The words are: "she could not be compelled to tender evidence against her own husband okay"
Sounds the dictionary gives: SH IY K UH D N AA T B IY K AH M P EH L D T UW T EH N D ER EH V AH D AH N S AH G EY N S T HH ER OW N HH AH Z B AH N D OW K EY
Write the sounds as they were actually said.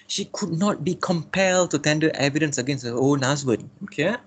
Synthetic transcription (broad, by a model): SH IY K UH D N AA T B IY K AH M P EH L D T UW T EH N D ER EH V AH D AH N S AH G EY N S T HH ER OW N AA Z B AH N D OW K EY